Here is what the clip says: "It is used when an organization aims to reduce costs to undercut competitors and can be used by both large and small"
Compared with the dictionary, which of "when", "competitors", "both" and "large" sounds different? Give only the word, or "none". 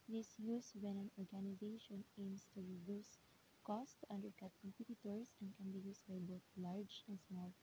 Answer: competitors